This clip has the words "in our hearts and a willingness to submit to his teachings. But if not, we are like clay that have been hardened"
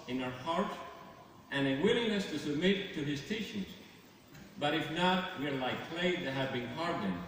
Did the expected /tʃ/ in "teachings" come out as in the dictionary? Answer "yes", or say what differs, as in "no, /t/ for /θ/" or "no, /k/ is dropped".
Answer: no, /ʃ/ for /tʃ/